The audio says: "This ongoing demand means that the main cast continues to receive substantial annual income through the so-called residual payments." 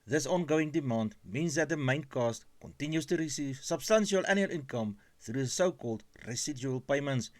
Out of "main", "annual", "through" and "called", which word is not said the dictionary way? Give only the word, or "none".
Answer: none